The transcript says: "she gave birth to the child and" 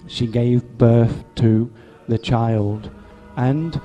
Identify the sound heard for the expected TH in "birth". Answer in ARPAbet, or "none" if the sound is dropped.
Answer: TH